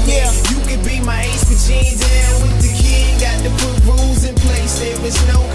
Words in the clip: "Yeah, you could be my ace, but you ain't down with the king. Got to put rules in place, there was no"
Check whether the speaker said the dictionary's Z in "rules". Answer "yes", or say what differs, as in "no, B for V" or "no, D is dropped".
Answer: yes